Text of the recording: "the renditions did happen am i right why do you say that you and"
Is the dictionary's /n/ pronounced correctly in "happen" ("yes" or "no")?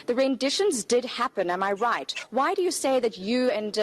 yes